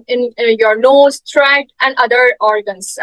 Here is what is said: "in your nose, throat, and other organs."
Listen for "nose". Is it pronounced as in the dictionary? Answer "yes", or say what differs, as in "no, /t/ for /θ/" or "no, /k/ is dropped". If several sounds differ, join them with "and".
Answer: no, /l/ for /n/